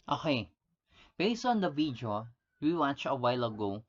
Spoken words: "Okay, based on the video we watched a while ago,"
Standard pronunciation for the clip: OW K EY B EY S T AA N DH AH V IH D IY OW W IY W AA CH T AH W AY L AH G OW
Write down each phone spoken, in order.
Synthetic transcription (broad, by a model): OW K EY B EY S T AA N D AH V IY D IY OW W IY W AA CH AH W AY L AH G OW